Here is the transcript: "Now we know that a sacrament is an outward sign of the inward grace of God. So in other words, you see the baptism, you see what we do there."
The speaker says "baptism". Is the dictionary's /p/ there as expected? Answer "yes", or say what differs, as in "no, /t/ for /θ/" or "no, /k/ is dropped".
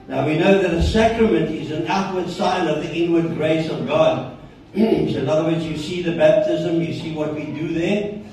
yes